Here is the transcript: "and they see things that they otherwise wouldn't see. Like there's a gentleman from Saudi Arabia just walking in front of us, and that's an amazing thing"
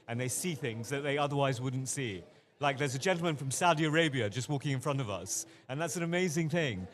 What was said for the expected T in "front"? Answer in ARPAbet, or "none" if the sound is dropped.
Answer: T